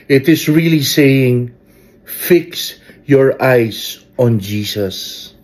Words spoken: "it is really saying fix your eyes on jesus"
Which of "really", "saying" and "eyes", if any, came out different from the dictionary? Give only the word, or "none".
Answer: eyes